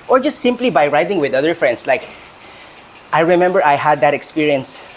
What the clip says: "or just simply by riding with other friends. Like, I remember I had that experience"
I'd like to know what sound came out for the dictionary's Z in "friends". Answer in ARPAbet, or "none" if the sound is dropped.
S